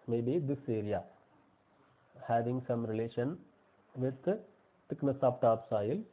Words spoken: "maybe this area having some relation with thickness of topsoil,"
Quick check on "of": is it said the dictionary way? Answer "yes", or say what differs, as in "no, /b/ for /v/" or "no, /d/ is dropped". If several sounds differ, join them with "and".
no, /p/ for /v/